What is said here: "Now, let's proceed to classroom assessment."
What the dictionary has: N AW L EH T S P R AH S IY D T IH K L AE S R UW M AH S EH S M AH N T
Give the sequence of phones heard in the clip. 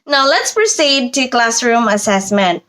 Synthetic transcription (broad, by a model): N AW L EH T S P R AH S IY D T IH K L AE S R UW M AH S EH S M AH N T